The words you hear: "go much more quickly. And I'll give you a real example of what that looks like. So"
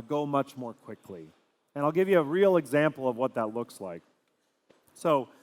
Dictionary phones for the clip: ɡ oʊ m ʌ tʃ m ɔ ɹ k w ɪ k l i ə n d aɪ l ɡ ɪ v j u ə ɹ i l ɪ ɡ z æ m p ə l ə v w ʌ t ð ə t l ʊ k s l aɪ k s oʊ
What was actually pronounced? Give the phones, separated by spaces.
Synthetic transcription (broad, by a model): ɡ oʊ m ʌ tʃ m ɔ ɹ k w ɪ k l i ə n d aɪ l ɡ ɪ v j ə ɹ i l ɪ ɡ z æ m p l ə v w ʌ t ð ə t l ʊ k s l aɪ k s oʊ